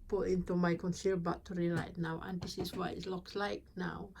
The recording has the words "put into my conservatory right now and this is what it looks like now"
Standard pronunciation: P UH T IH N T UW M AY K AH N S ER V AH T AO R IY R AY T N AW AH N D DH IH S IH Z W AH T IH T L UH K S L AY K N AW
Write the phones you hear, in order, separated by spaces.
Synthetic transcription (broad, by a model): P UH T IH N T UW M AY K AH N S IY B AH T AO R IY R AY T N AW AH N D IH S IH S W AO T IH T L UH K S L AY K N AW